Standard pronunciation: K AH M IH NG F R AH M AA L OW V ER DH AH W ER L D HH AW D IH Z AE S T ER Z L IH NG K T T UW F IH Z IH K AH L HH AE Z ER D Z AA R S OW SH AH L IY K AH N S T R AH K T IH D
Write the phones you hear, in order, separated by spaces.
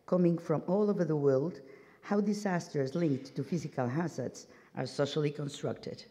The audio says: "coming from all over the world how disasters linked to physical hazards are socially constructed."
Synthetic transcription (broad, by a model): K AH M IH NG F R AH M AA L OW V ER DH AH W ER L D HH AW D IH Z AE S T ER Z L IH NG K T T UW F IH Z IH K AH L HH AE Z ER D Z AA R S OW SH AH L IY K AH N S T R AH K T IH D